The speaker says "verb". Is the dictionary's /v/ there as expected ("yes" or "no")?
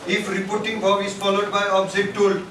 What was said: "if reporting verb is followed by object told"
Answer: no